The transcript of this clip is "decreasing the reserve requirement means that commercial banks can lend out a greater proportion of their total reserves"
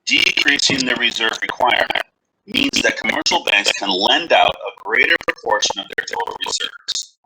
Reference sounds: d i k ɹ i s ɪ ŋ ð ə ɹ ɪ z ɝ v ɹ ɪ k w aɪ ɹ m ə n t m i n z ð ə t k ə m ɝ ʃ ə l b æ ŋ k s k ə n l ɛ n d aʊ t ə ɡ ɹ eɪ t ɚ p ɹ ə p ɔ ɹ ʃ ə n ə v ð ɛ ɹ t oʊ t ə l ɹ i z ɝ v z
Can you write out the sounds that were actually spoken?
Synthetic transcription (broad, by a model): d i k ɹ i s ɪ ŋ ð ə ɹ ɪ z ɝ v ɹ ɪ k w aɪ ɹ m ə n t m i n z ð ə t k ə m ɝ ʃ l b æ ŋ k s k ə n l ɛ n d aʊ t ə ɡ ɹ eɪ t ɚ p ɹ ə p ɔ ɹ ʃ ə n ə v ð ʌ ɹ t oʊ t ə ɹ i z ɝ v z